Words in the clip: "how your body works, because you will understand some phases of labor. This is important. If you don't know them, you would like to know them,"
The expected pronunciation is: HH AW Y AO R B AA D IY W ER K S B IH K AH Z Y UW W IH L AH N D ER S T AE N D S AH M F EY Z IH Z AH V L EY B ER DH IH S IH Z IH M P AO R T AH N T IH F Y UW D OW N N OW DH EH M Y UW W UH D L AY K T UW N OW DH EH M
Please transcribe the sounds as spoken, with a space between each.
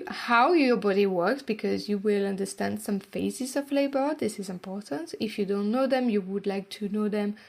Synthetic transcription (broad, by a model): HH AW Y AO R B AA D IY W ER K S B IH K AH Z Y UW W IH L AH N D ER S T AE N D S AH M F EY Z IH Z AH V L EY B ER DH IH S IH Z IH M P AO R T AH N T IH F Y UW D OW N N OW DH EH M Y UW W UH D L AY K T UW N OW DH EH M